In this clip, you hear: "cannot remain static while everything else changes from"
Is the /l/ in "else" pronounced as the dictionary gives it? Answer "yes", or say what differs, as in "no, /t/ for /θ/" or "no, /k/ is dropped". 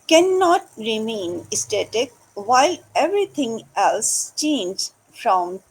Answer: yes